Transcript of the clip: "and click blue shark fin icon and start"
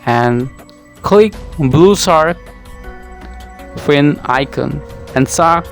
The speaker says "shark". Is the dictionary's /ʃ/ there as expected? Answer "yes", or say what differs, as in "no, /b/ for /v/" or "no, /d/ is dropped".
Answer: no, /s/ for /ʃ/